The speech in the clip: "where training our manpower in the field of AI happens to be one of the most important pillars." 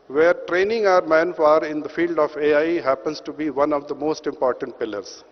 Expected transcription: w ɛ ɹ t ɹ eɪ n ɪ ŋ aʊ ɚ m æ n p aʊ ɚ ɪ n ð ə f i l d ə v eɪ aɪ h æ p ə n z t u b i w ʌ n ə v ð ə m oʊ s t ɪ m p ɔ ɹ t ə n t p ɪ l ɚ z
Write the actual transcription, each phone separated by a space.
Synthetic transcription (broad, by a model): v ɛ ɹ t ɹ eɪ n ɪ ŋ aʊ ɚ m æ n f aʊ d ɪ n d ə f i l d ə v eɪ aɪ h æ p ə n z t u b i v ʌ n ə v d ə m oʊ s t ɪ m p ɔ ɹ t ə n t p ɪ l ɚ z